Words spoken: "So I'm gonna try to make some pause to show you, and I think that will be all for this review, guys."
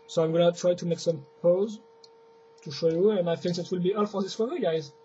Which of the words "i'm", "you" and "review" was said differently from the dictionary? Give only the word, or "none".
review